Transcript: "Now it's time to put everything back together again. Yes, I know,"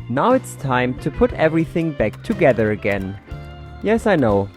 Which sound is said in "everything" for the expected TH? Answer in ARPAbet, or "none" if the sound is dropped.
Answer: TH